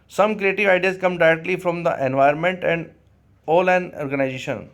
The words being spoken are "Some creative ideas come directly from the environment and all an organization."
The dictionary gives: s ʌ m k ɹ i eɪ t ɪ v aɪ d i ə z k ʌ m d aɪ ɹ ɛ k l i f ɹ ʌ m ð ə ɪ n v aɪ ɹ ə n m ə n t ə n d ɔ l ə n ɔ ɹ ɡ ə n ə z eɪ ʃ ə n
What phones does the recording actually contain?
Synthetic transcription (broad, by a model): s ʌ m k ɹ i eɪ t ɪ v aɪ d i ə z k ʌ m d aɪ ɹ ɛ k l i f ɹ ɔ m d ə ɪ n v aɪ ə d m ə n t ə n d ɔ l ə n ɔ ɹ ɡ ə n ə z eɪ ʃ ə n